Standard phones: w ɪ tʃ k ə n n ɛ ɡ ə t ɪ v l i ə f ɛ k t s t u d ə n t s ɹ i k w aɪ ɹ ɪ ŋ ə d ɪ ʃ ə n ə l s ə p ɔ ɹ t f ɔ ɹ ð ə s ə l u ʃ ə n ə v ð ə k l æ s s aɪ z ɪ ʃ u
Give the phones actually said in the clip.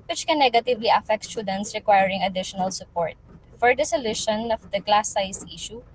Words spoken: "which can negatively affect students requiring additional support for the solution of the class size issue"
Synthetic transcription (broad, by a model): w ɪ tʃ k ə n n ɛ ɡ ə t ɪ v l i ə f ɛ k t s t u d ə n t s ɹ i k w aɪ ɹ ɪ ŋ ə d ɪ ʃ ə n ə l s ə p ɔ ɹ t f ɔ ɹ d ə s ə l u ʃ ə n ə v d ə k l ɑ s s aɪ s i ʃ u